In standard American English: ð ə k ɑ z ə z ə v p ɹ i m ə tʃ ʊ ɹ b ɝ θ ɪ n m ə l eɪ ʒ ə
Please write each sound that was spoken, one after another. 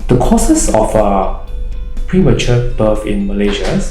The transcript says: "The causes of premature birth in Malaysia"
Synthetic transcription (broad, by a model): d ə k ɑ s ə s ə f p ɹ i m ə tʃ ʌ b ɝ f ɪ n m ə l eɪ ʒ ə